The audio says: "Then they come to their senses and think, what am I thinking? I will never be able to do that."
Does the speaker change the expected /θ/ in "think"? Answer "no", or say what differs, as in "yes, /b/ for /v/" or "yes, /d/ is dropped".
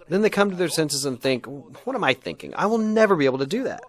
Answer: no